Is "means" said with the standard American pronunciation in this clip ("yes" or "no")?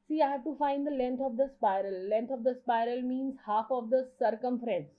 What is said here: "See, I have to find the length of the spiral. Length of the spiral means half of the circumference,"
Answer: yes